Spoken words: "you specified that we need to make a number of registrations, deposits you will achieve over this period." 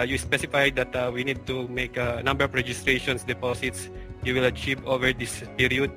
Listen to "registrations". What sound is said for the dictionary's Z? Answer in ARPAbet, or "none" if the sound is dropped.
S